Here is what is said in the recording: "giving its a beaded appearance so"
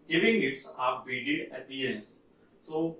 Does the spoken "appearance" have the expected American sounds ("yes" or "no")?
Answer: no